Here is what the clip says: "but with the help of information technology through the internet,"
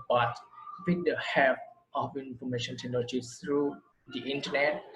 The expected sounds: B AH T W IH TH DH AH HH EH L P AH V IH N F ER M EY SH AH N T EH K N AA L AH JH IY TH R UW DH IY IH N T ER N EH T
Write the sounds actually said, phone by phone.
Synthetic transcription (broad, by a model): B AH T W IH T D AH HH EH P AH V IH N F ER M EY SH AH N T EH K N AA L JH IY S R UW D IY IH N T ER N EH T